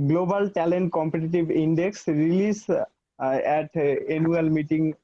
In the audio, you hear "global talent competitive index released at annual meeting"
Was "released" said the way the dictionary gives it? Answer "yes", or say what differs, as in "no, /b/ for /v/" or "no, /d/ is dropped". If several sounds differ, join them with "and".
no, /t/ is dropped